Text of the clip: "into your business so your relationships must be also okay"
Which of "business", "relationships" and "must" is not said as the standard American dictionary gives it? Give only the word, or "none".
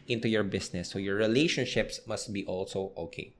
business